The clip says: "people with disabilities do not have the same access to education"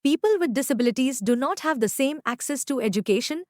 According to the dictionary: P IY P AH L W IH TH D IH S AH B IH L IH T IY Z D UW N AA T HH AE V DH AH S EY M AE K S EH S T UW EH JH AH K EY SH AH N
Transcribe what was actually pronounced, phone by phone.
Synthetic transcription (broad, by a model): P IY P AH L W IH D IH S AH B IH L IH T IY Z D UW N AA T HH AE V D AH S EY M AE K S EH S T UW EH JH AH K EY SH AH N